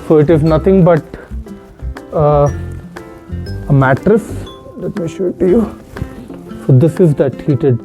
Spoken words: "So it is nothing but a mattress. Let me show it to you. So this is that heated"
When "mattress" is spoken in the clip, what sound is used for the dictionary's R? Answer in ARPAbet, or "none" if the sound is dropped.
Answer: R